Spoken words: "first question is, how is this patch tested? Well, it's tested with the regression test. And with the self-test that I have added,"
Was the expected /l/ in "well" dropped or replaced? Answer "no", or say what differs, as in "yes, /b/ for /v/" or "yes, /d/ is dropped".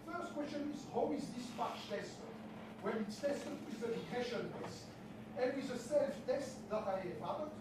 yes, /n/ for /l/